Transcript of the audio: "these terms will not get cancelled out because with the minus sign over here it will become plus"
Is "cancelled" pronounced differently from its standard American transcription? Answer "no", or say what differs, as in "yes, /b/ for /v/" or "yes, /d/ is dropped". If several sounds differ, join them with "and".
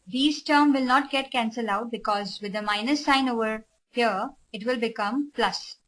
yes, /d/ is dropped